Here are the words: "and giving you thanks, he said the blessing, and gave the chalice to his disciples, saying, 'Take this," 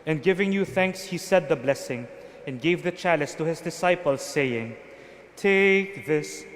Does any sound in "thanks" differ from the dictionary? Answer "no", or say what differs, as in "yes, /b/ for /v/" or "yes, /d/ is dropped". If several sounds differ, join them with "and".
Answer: no